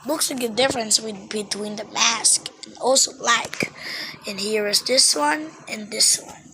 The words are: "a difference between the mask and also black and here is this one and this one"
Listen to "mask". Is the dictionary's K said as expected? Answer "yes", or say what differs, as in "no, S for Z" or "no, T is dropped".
yes